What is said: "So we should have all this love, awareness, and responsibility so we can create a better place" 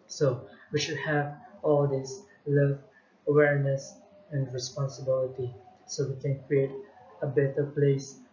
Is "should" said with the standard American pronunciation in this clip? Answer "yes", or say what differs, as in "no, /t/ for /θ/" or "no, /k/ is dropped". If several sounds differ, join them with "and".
yes